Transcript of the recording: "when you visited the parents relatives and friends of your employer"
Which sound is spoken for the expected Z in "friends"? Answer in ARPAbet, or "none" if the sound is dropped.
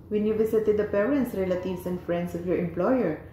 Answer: S